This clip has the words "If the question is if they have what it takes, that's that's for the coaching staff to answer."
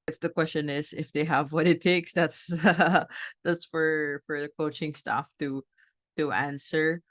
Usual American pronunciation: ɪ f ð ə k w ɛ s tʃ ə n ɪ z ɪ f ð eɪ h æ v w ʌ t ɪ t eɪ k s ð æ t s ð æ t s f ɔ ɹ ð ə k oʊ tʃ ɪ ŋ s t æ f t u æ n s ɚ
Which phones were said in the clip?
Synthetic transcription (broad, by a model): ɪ f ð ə k w ɛ s tʃ ə n ɪ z ɪ f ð eɪ h æ v w ʌ t ɪ t eɪ k s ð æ t s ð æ t s f ɔ ɹ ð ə k oʊ tʃ ɪ ŋ s t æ f t u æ n s ɚ